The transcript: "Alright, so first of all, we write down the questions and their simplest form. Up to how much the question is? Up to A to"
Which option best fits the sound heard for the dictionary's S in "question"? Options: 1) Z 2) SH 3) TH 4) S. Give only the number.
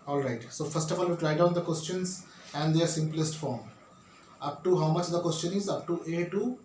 4